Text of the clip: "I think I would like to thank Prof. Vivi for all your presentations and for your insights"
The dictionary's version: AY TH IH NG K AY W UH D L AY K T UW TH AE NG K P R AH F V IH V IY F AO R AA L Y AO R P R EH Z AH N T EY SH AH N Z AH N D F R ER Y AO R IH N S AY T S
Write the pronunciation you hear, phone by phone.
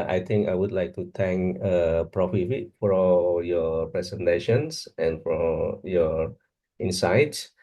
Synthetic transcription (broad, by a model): AY T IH NG K AY W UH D L AY K T UW T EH NG K P R AH F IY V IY F AO R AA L Y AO P R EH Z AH N T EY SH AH N S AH N F R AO Y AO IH N S AY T S